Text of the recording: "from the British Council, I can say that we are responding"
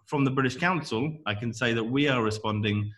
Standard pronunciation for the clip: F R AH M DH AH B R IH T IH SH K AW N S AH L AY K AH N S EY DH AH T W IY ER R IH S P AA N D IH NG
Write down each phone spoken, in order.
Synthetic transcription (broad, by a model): F R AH M DH AH B R IH T IH SH K AW N S AH L AY K AH N S EY DH AH T W IY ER R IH S P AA N D IH NG